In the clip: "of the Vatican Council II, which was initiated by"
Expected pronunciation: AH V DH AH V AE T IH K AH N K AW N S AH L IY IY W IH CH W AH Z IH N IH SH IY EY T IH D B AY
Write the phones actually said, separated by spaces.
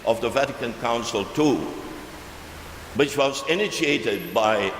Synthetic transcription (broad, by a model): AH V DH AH V AE T IH K AH N K AW N S AH L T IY W IH CH W AH Z IH N IH SH IY EY T IH D B AY